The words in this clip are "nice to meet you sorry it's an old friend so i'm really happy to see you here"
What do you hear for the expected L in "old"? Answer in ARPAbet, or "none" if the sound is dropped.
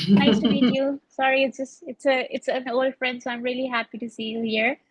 L